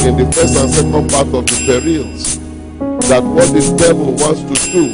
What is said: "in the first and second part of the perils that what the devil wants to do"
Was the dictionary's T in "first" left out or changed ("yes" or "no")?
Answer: yes